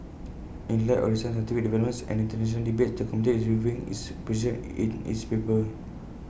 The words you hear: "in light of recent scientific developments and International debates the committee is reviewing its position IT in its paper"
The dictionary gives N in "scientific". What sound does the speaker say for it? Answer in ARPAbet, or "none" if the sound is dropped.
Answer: none